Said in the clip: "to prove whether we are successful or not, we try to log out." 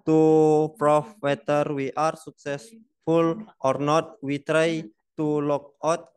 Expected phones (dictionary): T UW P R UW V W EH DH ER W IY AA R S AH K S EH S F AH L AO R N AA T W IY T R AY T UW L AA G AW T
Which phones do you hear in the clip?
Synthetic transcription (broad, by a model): T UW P R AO F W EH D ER W IY AA R S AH K S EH S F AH L AO R N AA T W IY T R AY T UW L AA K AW T